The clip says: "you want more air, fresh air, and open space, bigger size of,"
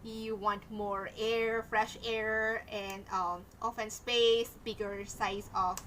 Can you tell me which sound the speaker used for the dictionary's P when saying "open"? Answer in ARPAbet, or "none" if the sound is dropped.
F